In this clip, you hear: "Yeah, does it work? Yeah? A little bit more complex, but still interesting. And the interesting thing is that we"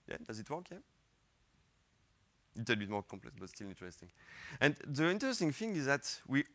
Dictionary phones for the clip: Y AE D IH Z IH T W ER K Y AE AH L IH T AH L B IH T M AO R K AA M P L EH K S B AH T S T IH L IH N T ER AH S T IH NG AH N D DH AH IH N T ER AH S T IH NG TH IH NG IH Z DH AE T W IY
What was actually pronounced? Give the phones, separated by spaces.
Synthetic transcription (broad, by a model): Y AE D IH Z IH T W ER K Y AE AH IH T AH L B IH T M AO R K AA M P L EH K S B AH T S T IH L IH N T ER AH S T IH NG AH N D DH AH IH N T ER AH S T IH NG TH IH NG IH Z DH AE T W IY